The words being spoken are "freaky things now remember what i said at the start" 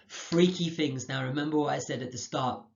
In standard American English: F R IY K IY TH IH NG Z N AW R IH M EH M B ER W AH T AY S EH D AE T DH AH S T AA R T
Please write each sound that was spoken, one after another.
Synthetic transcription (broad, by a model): F R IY K IY TH IH NG Z N AW R IH M EH M B ER W AH T AY S EH D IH T DH AH S T AA R T